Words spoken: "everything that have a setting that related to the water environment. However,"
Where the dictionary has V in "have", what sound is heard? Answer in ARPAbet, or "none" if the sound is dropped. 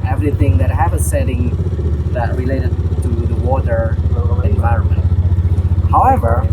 P